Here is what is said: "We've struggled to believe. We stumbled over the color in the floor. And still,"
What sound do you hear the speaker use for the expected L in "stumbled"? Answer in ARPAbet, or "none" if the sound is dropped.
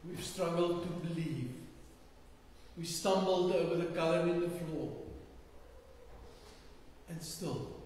L